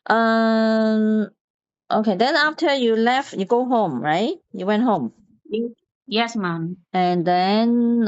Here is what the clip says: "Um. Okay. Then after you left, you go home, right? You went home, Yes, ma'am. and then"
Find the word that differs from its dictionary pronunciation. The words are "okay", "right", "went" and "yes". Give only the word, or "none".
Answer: none